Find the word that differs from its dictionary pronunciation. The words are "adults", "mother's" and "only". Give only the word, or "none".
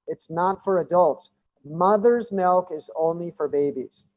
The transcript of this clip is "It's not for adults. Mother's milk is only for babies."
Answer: none